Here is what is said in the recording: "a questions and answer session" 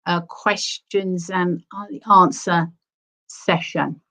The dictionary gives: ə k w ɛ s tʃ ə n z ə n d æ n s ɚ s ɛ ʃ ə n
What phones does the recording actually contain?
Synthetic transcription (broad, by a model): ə k w ɛ s tʃ ə n z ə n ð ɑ n s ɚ s ɛ ʃ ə n